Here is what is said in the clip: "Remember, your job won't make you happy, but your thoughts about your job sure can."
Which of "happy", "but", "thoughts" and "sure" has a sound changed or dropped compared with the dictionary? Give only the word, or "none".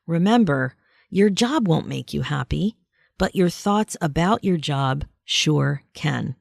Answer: none